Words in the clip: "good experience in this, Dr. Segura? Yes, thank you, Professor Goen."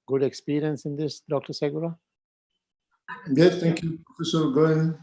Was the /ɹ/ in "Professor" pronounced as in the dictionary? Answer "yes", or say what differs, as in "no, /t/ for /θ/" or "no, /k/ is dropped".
no, /ɹ/ is dropped